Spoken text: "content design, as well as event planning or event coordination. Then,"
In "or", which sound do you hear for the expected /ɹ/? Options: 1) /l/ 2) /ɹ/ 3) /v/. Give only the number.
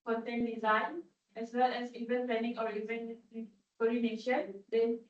2